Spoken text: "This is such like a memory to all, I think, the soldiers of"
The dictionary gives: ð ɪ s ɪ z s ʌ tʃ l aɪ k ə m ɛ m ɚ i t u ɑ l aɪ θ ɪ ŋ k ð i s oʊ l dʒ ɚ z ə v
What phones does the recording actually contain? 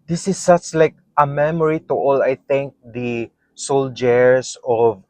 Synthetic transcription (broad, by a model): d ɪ s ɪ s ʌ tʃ l aɪ k ə m ɛ m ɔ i t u ɑ l aɪ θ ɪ ŋ k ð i s oʊ l dʒ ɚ s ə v